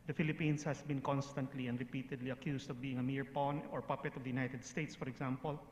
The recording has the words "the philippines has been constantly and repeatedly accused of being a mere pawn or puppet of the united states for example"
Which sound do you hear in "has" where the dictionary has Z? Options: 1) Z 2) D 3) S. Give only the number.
3